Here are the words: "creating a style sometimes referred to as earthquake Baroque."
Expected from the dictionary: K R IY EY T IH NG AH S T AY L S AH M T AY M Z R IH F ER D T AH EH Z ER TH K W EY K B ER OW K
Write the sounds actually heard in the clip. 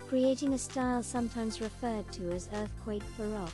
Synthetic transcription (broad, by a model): K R IY EY T IH NG AH S T AY L S AH M T AY M Z R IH F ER D T AH Z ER TH K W EY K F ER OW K